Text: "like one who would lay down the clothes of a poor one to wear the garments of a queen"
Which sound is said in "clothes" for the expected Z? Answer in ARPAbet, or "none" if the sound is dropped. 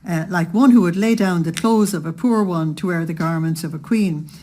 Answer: Z